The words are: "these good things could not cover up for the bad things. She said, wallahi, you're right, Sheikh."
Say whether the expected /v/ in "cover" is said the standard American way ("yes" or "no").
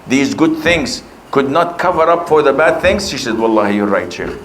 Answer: yes